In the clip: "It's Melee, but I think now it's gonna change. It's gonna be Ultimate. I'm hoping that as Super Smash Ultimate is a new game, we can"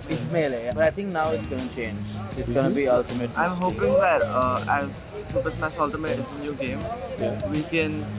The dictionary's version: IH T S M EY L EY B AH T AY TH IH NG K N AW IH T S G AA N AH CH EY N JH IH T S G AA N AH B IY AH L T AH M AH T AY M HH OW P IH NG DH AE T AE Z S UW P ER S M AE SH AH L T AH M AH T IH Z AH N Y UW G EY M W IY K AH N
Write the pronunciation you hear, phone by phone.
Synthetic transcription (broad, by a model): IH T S M EY L EY B AH T AY T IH NG K N AW IH T S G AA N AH CH EY N JH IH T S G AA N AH B IY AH L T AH M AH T AY M HH OW P IH NG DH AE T AE Z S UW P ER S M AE S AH L T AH M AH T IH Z AH N Y UW G EY M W IY K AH N